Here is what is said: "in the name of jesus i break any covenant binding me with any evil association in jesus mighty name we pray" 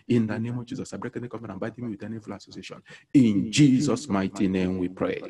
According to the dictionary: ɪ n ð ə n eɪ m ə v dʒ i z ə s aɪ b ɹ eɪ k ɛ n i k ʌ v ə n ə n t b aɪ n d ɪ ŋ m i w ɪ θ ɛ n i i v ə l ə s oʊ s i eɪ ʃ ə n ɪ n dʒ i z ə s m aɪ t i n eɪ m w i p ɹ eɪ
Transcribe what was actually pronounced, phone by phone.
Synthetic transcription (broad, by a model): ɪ n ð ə n eɪ m ə v dʒ i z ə s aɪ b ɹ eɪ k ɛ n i k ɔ f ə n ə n b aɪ d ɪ m i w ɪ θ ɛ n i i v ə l ə s oʊ s i eɪ ʃ ə n ɪ n dʒ i z ə s m aɪ t i n eɪ m w i p ɹ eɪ